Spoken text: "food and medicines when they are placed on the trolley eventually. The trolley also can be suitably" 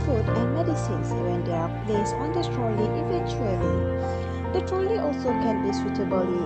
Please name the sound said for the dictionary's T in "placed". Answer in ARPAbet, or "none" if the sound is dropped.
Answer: none